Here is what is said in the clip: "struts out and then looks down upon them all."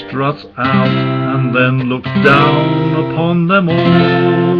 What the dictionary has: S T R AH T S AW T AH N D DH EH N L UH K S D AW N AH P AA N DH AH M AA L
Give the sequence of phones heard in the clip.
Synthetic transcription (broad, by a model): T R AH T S AW T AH N DH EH N L UH K D AW N AH P AA N DH AH M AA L